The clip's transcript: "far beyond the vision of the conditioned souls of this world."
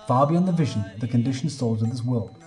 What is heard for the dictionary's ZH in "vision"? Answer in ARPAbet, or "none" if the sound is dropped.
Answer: ZH